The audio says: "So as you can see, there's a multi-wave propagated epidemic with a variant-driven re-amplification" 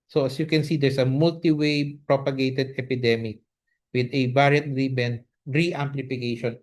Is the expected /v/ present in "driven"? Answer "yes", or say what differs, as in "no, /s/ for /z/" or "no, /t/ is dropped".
no, /b/ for /v/